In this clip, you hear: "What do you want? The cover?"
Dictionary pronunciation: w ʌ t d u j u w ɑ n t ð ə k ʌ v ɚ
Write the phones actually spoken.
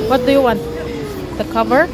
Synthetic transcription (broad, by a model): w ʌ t d u j u w ɑ n t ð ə k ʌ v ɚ